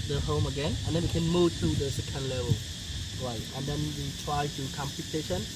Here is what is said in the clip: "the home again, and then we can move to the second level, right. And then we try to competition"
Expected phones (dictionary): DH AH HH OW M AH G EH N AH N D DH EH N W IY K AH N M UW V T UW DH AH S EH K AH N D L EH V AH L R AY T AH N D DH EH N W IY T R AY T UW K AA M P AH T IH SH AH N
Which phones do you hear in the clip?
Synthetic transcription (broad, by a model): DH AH HH OW M AH G EH N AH N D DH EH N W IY K AH N M UW V T UW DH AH S EH K AH N D L EH V AH L R AY T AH N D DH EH N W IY T R AY T UW K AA M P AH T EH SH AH N